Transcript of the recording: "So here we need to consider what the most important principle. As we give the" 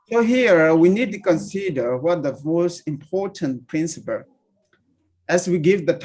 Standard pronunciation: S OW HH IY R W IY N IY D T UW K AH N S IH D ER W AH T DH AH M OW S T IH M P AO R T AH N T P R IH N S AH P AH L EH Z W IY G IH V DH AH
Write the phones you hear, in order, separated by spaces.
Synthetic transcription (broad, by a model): S OW HH IY R W IY N IY D T UW K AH N S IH D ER W AH T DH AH M OW S T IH M P AO R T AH N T P R IH N S AH P AH L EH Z W IY G IH V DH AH